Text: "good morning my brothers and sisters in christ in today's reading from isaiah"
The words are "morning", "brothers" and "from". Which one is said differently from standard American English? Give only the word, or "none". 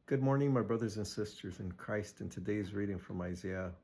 none